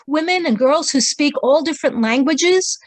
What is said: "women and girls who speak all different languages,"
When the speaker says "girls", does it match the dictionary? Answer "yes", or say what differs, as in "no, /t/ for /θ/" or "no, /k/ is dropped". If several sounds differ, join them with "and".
yes